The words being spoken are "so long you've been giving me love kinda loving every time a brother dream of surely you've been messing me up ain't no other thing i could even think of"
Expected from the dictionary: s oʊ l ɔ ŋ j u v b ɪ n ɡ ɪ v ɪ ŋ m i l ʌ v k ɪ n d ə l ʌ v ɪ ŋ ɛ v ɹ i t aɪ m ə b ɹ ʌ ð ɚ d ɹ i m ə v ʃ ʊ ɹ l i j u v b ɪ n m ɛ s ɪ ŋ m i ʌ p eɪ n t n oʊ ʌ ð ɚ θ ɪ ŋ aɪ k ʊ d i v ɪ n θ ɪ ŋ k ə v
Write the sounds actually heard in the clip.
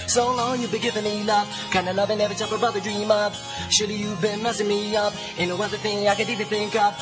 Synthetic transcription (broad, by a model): s oʊ l ɔ ŋ j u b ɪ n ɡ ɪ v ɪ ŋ m i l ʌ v k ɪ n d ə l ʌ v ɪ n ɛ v i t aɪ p ə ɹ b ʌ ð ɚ d ɹ i m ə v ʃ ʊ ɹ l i j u b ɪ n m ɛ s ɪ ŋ m i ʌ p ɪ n n oʊ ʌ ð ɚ θ ɪ ŋ aɪ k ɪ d i v ɪ n θ ɪ ŋ k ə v